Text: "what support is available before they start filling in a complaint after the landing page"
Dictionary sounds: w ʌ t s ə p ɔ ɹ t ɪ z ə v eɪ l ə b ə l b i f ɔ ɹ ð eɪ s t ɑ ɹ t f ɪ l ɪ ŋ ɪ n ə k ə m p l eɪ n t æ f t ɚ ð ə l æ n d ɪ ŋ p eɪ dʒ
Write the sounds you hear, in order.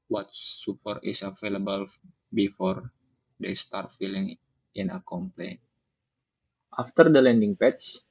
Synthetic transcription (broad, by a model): w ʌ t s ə p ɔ ɹ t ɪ s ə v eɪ l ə b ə l b i f ɔ ɹ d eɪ s t ɑ ɹ t f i l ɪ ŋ ɪ n ə k ə m p l eɪ n t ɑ f t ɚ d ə l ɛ n d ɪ ŋ p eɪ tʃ